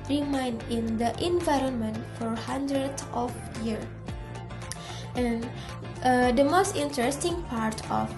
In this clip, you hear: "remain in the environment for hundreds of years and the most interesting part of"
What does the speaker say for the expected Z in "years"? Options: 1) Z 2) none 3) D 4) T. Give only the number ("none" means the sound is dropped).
2